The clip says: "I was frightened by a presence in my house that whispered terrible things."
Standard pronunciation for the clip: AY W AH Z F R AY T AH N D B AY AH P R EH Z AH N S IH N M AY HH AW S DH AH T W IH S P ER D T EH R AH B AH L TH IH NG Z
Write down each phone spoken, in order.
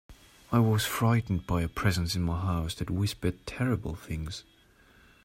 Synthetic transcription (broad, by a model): AY W AH Z F R AY T N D B AY AH P R EH Z AH N S IH N M AY HH AW S DH AH T W IH S P ER D T EH R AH B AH L TH IH NG Z